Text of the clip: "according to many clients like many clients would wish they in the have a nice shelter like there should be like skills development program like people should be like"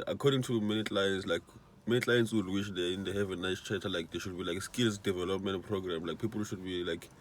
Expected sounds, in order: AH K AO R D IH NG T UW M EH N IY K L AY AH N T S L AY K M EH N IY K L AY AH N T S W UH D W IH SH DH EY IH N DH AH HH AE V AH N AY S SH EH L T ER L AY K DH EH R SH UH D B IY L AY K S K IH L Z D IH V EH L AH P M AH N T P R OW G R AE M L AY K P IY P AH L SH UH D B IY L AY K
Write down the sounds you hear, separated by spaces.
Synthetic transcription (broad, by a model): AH K AO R D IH NG T UW M EH N IY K L AY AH N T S L AY K M EH N IY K L AY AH N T S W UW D W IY SH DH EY IH N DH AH HH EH V AH N AY S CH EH T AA L AY K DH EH SH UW D B IY L AY K S K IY L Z D IH V EH L AH P M AH N T P R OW G R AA M L AY K P IY P L SH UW D B IY L AY K